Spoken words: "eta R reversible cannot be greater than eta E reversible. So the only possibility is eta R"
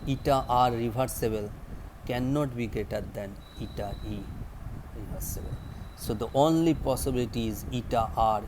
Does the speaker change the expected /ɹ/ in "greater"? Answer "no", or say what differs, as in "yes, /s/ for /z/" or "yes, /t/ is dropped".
yes, /ɹ/ is dropped